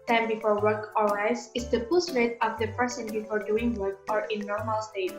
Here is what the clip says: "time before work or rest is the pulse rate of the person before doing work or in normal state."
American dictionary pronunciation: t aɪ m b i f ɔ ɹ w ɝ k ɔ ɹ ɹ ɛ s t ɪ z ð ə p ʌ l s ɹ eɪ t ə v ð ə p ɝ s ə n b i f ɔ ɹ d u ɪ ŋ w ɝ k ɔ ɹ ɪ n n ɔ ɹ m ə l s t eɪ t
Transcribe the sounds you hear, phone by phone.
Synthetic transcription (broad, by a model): t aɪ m b i f ɔ ɹ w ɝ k ɔ ɹ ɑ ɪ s ɪ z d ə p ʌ s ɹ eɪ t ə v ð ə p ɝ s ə n b i f ɔ ɹ d u ɪ ŋ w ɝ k ɔ ɹ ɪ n n ɔ ɹ m ə l s t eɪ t